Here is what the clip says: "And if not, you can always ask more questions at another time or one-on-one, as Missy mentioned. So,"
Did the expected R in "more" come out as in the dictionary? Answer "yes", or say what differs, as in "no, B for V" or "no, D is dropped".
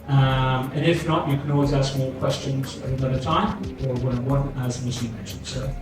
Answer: no, L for R